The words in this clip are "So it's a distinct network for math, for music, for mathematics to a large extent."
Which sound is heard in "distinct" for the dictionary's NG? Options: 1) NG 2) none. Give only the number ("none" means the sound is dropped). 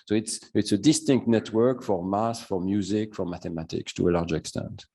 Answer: 1